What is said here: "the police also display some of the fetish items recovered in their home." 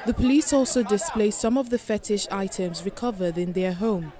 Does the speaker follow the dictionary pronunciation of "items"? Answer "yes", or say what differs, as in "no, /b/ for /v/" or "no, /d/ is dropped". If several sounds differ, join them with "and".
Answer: yes